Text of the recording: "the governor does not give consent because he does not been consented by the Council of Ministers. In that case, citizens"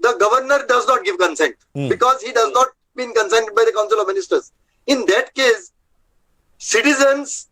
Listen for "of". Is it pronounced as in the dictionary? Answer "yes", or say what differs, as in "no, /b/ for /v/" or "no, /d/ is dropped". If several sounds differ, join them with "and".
yes